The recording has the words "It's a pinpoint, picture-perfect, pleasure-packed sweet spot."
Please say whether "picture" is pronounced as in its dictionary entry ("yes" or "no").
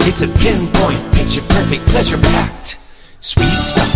no